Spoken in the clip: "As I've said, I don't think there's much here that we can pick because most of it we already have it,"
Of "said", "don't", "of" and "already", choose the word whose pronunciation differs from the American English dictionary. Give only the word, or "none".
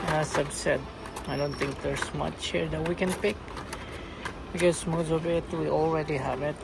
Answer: of